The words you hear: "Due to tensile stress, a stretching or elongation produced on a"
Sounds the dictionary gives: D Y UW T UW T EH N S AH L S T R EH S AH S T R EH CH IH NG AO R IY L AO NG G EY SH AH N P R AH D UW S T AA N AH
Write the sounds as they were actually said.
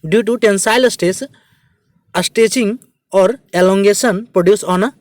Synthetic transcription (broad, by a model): D Y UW T UW T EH N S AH L S T EH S AH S T EH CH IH NG AO R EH L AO NG G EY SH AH N P R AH D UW S AA N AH